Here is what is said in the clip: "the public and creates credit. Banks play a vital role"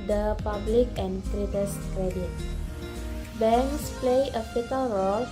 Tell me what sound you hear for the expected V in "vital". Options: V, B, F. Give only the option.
F